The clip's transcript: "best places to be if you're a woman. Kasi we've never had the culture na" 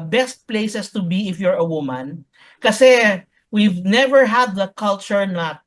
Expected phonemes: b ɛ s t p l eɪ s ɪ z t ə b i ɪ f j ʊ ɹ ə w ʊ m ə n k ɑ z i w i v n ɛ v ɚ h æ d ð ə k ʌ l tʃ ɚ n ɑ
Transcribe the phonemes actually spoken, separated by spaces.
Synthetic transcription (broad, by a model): b ɛ s t p l eɪ s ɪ s t ə b i ɪ f j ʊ ɹ ə w ʊ m ə n k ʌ s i w i v n ɛ v ɚ h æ d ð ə k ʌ l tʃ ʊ n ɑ